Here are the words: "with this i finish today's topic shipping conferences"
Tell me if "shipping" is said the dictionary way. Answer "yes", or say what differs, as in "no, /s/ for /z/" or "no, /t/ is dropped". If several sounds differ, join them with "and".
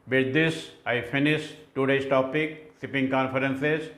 no, /s/ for /ʃ/